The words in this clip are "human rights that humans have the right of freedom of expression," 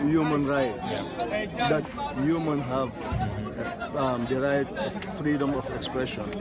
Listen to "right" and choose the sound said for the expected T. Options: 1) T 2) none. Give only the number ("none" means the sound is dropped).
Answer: 2